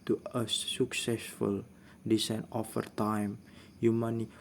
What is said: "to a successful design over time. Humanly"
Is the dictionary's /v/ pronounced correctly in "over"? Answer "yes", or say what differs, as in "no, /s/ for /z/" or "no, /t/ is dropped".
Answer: no, /f/ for /v/